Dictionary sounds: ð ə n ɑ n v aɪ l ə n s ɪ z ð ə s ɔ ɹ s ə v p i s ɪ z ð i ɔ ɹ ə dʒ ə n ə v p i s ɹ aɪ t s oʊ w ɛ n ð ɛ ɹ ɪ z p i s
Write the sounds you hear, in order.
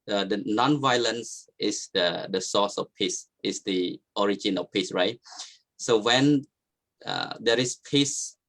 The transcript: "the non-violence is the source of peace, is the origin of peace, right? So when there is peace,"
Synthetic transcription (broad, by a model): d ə n ɑ n v aɪ l ə n s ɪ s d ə s ɔ s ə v p i s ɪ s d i ɔ ɹ ə dʒ ə n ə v p i s ɹ aɪ t s oʊ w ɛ n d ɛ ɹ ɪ s p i s